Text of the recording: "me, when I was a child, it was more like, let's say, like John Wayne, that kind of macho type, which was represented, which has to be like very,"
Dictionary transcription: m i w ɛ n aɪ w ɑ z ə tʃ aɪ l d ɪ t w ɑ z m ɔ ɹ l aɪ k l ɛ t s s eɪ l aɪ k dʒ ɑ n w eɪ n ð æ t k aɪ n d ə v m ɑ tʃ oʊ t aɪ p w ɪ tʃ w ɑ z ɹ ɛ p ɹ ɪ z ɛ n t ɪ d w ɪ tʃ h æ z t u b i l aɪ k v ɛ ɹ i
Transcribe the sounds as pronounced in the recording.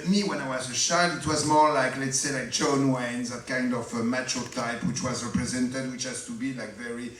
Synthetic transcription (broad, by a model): m i w ɛ n aɪ w ɑ z ə ʃ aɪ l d ɪ t w ɑ z m ɔ ɹ l aɪ k l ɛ t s s eɪ l aɪ k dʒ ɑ n w eɪ n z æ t k aɪ n d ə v m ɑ tʃ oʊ t aɪ p w ɪ tʃ w ɑ z ɹ ɛ p ɹ ɪ z ɛ n t ɪ d w ɪ tʃ h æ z t u b i l aɪ k v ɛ ɹ i